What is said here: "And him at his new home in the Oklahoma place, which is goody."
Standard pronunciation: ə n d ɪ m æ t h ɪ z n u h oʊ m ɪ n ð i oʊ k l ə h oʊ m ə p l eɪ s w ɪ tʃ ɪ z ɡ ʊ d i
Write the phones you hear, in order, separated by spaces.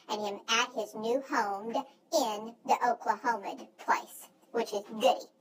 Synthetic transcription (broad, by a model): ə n ɪ m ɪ t h ɪ z n u h oʊ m ɪ n ð i oʊ k l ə h oʊ m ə p l eɪ s w ɪ tʃ ɪ z ɡ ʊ d i